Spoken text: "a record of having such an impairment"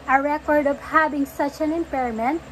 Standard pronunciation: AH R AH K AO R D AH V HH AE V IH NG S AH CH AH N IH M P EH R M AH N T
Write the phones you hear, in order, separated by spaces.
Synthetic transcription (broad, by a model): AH R AH K AO R D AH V HH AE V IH NG S AH CH AH N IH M P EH R M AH N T